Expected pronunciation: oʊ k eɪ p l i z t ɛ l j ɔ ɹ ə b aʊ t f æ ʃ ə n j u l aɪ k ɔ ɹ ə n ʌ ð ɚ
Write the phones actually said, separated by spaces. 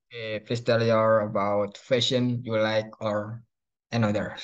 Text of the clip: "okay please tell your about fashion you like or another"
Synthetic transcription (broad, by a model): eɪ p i s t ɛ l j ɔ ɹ ə b aʊ t f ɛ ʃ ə n j u l aɪ k ɔ ɹ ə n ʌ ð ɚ